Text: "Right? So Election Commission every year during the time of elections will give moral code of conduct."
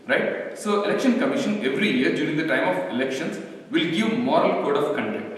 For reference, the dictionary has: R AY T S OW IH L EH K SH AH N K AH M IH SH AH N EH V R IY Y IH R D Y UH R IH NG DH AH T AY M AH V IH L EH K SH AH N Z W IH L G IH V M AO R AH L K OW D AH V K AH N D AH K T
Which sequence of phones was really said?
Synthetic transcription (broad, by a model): R AY T S OW IH L EH K SH AH N K AH M IH SH AH N EH V R IY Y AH R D Y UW R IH NG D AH T AY M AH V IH L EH K SH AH N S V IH L G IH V M AO R AH L K OW D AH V K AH N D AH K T